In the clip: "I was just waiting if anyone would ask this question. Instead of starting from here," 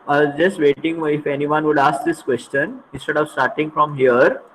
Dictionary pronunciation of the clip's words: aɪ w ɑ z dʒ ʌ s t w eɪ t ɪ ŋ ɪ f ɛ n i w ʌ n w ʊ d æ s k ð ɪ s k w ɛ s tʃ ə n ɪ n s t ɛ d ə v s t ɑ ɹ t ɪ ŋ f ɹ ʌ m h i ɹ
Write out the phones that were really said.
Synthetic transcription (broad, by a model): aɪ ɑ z dʒ ʌ s t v eɪ t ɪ ŋ ɪ f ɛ n i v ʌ n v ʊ d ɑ s k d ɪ s k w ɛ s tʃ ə n ɪ n s t ɛ d ə v s t ɑ ɹ t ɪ ŋ f ɹ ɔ m h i ɹ